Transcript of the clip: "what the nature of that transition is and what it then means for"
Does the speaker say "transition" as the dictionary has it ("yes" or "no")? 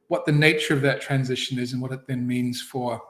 yes